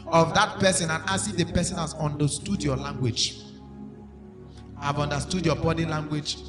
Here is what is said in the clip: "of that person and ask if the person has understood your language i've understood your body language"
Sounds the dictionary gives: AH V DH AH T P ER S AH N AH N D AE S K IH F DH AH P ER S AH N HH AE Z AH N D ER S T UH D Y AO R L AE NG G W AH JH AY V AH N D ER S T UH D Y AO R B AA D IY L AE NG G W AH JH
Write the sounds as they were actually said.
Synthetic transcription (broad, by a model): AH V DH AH T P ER S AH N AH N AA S IH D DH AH P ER S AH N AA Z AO N D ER S T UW D Y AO L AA NG G W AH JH AY V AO N D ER S T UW D Y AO B AA D IY L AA NG G W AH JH